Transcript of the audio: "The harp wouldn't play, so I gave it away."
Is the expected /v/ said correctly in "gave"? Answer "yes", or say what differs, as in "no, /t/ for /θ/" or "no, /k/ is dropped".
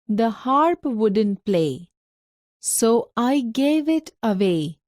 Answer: yes